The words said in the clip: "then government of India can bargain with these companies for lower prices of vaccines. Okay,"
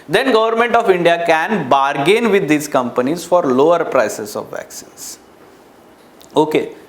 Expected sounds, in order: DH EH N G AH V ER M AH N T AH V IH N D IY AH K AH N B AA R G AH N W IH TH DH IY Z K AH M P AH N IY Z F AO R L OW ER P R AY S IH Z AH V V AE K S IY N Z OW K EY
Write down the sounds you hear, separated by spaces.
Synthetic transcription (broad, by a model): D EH N G AH V ER M AH N T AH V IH N D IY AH K AH N B AA R G AH N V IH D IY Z K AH M P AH N IY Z F AO R L OW ER P R AY S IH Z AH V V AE K S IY N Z OW K EY